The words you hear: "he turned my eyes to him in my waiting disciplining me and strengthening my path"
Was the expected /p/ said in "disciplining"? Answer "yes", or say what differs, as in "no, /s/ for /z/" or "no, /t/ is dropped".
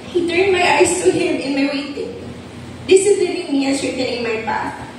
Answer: no, /p/ is dropped